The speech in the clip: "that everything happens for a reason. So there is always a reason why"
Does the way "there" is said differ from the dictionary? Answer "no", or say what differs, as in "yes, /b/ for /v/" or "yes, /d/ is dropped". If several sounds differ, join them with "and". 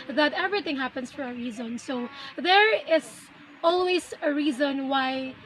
no